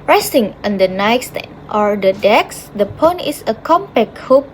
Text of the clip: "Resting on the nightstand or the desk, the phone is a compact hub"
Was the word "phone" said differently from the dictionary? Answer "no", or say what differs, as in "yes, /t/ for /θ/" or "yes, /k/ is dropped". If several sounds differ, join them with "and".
yes, /p/ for /f/